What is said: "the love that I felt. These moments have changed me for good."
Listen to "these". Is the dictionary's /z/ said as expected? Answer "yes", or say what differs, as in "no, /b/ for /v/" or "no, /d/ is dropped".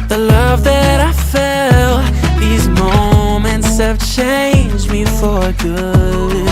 yes